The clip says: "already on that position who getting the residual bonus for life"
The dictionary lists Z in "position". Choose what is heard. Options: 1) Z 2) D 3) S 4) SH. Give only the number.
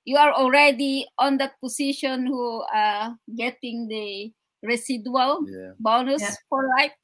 3